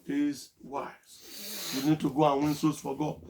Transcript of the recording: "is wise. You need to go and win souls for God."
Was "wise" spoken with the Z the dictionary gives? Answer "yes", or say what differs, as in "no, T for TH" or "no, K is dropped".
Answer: no, Z is dropped